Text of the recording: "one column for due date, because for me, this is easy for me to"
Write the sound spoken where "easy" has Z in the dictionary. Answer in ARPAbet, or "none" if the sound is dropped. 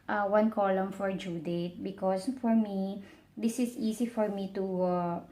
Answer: S